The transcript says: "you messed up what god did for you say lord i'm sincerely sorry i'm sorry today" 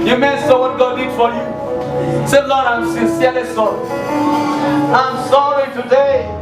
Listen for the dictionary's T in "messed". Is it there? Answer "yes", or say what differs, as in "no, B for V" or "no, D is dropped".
no, T is dropped